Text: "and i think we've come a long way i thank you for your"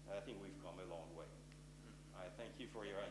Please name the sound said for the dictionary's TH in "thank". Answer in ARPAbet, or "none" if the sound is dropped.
TH